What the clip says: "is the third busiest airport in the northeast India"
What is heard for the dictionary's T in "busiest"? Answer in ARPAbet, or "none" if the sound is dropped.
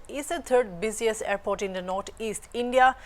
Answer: none